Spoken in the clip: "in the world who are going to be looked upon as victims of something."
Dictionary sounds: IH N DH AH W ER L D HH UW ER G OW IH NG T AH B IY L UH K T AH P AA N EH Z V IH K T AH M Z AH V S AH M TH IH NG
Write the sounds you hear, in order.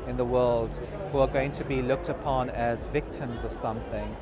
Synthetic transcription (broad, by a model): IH N DH AH W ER L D HH UW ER G OW IH NG T AH B IY L UH K T AH P AA N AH Z V IH K T AH M Z AH V S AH M TH IH NG